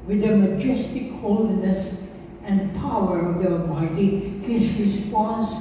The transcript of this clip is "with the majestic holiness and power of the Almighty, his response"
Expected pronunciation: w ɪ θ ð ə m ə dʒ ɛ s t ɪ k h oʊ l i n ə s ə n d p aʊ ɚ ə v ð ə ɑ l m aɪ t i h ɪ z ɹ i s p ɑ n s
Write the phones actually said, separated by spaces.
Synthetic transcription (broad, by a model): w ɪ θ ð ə m ə dʒ ɛ s t ɪ k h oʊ l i n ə s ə n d p aʊ ɚ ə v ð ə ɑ m aɪ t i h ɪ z ɹ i s p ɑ n s